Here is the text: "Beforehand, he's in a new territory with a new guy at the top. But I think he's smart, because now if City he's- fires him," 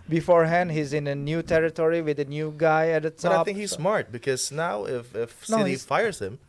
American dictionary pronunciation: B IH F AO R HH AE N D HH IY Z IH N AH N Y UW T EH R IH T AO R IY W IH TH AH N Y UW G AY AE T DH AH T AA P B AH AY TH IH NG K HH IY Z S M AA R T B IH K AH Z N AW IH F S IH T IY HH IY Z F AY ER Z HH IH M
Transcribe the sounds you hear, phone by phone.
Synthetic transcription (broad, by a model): B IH F AO R HH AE N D HH IY Z IH N AH N Y UW T EH R IH T AO R IY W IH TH AH N Y UW G AY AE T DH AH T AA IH TH IH NG K HH IY Z S M AA R T B IH K AH Z N AW IH F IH S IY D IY F AY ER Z HH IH M